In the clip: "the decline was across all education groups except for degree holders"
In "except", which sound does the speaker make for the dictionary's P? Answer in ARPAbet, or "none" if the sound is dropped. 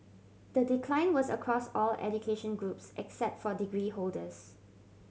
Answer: P